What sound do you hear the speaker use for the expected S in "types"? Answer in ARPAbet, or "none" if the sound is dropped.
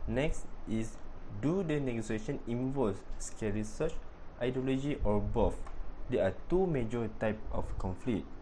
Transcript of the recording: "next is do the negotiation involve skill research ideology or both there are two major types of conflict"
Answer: none